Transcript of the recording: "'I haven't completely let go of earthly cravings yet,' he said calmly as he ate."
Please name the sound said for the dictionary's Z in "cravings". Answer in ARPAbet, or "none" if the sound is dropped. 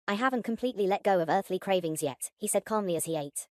Z